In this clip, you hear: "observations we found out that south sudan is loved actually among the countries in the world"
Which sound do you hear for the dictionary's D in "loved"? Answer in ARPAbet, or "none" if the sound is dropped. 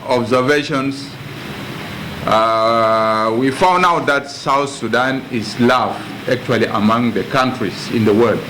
none